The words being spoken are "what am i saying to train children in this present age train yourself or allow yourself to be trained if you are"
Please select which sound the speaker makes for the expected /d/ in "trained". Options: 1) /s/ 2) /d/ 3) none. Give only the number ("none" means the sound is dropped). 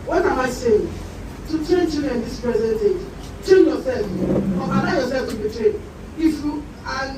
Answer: 3